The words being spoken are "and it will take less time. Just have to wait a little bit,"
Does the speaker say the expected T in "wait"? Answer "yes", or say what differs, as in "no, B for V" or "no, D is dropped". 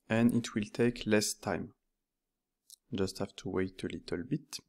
yes